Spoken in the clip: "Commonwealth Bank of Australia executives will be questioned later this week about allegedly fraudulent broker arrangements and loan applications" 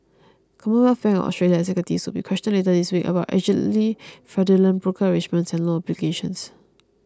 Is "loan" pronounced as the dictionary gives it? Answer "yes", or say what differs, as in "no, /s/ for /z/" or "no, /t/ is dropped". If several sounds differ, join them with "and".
no, /n/ is dropped